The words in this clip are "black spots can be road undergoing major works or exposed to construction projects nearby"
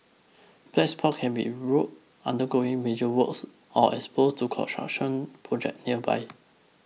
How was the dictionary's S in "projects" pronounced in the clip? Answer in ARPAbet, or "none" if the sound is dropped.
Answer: none